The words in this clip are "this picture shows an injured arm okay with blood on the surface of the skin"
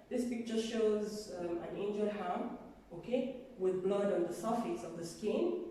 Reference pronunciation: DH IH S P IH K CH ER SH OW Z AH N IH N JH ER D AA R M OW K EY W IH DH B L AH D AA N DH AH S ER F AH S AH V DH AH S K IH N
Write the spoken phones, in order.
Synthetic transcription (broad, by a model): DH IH S P IH K CH ER SH OW Z AH N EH N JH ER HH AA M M OW K EY W IH DH B L AH D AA N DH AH S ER F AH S AH V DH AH S K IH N